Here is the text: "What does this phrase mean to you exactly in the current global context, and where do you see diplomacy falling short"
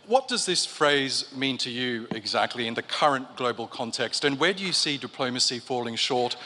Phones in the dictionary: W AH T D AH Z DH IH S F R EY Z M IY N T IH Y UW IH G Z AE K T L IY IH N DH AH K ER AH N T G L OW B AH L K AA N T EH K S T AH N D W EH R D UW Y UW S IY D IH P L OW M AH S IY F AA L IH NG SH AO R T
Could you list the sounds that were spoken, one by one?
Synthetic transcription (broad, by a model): W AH T D AH Z DH IH S F R EY Z M IY N T IH Y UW IH G Z AE K T L IY IH N DH AH K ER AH N G L OW B AH L K AA N T EH K S T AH N W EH R D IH Y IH S IY D IH P L OW M AH S IY F AA L IH NG SH AO R T